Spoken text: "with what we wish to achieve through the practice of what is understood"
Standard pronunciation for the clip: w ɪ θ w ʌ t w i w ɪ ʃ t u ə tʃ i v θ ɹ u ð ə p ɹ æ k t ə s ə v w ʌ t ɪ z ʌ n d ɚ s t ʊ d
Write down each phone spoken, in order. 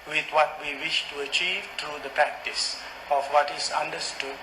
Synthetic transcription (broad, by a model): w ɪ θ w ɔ t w i w ɪ ʃ t u ə tʃ i v t ɹ u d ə p ɹ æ k t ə s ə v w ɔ t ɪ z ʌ n d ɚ s t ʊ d